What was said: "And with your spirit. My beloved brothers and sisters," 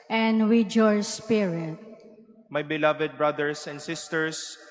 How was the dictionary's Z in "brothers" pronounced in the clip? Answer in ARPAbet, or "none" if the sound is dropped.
S